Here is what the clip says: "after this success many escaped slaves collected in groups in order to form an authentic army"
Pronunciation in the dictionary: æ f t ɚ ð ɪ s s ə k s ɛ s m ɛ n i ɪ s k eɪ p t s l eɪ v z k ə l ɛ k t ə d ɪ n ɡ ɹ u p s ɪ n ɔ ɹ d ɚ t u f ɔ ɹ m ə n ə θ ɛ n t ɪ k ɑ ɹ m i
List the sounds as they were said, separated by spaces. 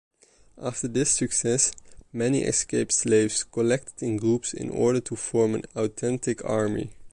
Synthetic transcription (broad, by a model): æ f t ɚ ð ɪ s s ə k s ɛ s m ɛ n i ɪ s k eɪ p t s l eɪ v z k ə l ɛ k t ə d ɪ n ɡ ɹ u p s ɪ n ɔ ɹ d ɚ t u f ɔ ɹ m ə n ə t ɛ n t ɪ k ɑ ɹ m i